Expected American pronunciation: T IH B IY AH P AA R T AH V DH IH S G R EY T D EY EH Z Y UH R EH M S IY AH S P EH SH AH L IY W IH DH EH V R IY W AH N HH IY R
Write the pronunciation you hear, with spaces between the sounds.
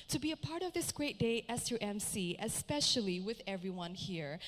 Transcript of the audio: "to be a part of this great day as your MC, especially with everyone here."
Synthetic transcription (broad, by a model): T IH B IY AH P AA R T AH V DH IH S G R EY T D EY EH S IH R EH M S IY AH S P EH SH AH L IY W IH DH EH V R IY W AH N HH IY R